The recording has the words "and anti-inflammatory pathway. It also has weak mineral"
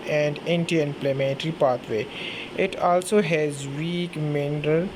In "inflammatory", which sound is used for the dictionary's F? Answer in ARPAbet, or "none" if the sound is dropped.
P